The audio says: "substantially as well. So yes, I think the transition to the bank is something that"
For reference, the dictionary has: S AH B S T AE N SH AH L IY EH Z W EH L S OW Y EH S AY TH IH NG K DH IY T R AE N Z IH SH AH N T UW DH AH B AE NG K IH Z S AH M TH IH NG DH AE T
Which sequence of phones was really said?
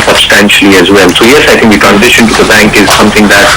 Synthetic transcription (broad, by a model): S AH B S T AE N SH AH L IY EH Z W EH L S OW Y EH S AY T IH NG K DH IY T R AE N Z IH SH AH N T UW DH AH B AE NG K IH Z S AH M T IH NG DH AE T